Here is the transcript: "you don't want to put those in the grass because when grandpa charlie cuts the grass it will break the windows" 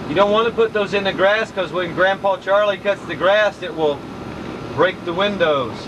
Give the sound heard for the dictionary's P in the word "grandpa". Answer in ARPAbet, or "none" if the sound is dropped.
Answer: P